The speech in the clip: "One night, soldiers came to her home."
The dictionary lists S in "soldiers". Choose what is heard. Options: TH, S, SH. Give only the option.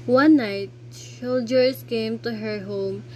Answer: SH